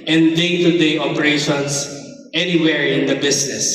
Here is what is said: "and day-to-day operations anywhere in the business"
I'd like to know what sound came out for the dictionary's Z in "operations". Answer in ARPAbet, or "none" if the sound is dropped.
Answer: S